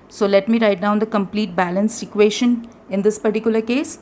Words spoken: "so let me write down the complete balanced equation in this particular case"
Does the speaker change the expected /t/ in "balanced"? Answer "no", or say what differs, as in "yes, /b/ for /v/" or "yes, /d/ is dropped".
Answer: yes, /t/ is dropped